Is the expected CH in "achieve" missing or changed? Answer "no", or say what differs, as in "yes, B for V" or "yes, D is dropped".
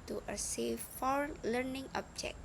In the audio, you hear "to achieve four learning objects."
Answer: yes, S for CH